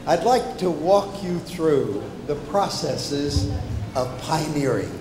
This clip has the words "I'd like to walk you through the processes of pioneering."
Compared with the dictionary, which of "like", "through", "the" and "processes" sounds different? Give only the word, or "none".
none